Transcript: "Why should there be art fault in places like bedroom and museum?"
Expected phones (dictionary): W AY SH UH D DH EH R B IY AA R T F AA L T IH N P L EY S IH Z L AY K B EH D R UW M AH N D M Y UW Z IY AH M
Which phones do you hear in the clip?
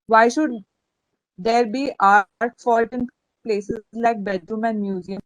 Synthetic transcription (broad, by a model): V AY SH UH D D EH R B IY AA R T F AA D T IH N P L EY S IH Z L AY K B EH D R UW M AH N D M Y UW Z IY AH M